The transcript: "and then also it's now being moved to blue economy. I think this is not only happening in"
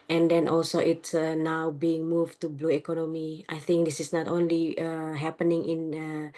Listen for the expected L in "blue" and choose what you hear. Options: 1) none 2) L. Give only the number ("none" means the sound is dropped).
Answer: 2